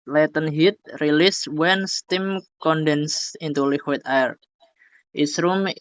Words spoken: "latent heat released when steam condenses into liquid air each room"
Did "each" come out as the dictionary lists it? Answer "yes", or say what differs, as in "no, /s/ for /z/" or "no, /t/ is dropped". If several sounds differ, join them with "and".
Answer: no, /s/ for /tʃ/